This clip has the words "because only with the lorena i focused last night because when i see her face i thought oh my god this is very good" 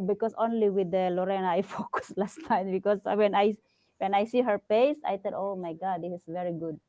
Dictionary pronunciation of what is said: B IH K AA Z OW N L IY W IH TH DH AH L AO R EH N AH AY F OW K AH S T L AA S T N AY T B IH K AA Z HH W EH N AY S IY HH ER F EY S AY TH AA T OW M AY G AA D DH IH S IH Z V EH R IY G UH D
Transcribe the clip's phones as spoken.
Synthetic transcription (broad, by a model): B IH K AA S OW N L IY W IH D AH L AO R EH N AH AY F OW K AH S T L AA S T AY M B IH K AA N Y W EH N AY S IY HH ER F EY S AY T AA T OW M AY G AA D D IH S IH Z V EH R IY G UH D